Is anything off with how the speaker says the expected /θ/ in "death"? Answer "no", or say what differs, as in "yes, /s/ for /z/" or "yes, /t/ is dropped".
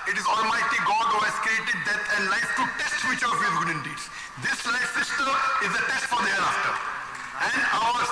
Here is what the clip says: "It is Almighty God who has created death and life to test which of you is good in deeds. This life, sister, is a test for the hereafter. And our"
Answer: yes, /t/ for /θ/